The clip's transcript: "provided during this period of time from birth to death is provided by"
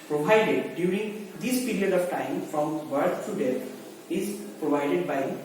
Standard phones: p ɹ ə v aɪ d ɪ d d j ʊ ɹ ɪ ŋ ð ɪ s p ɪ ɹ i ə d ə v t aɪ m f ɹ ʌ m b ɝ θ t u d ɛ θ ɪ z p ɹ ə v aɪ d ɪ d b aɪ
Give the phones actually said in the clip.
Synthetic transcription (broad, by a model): p ɹ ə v aɪ d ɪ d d j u ɹ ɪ ŋ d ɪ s p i ɹ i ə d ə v t aɪ m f ɹ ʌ m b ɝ t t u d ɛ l ɪ z p ɹ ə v aɪ d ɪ d b aɪ